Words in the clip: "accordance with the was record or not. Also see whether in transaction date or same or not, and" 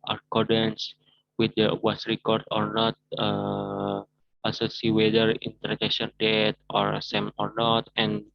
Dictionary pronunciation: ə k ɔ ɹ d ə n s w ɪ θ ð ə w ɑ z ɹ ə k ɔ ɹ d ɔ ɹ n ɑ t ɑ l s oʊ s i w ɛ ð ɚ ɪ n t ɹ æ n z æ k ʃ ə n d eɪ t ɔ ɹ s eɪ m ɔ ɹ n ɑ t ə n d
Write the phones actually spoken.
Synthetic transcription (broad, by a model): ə k ɔ ɹ d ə n s w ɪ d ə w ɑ s ɹ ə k ɔ ɹ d ɔ ɹ n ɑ t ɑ s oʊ s i w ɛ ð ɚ ɪ n t æ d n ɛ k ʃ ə n d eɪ t ɔ ɹ s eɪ m ɔ ɹ n ɑ t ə n